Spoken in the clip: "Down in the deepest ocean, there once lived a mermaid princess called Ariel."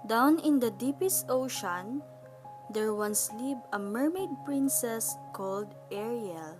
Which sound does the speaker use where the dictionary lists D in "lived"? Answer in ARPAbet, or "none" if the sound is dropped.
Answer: none